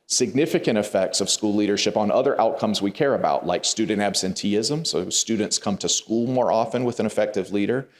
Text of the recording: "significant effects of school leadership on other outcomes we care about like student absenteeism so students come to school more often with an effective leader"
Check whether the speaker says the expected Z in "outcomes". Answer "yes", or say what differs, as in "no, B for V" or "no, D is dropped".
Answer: yes